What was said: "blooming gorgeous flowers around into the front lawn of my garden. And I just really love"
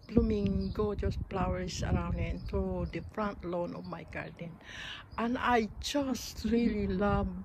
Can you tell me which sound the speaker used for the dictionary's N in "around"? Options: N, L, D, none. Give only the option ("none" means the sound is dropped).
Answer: N